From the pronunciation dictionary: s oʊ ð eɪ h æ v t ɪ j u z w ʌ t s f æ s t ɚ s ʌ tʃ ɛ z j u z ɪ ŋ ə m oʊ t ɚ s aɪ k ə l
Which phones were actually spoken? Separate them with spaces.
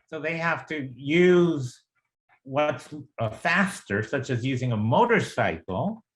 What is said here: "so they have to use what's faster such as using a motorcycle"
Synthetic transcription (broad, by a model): s oʊ ð eɪ h æ f t ɪ j u z w ʌ t s f æ s t ɚ s ʌ tʃ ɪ z j u z ɪ ŋ ə m oʊ t ɚ s aɪ k l